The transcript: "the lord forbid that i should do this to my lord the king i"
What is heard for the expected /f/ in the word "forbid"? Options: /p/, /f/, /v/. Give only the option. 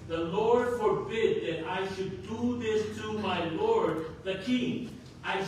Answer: /f/